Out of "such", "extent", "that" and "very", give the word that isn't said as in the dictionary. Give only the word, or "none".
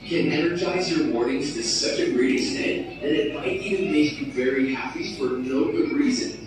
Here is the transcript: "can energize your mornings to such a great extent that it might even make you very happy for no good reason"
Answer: extent